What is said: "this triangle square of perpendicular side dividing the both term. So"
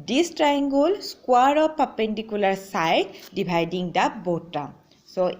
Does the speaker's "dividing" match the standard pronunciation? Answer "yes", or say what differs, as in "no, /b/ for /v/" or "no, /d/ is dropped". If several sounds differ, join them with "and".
no, /b/ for /v/